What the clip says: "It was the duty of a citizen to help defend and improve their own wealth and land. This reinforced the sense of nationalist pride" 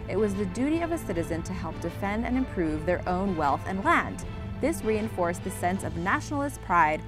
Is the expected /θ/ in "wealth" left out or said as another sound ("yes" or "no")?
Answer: no